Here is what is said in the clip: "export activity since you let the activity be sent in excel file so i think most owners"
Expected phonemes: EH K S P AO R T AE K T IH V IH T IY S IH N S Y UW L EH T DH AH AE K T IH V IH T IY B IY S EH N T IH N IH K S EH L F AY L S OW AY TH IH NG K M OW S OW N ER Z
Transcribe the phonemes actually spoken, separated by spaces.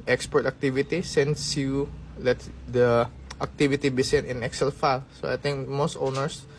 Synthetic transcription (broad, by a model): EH K S P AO R T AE K T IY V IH T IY S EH N S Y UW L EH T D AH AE K T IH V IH T IY B IY S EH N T IH N IH K S EH L F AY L S OW AY T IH NG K M OW S OW N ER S